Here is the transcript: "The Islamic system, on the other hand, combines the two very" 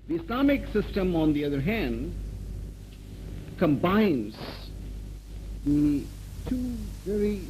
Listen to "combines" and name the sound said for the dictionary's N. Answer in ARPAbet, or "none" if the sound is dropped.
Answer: N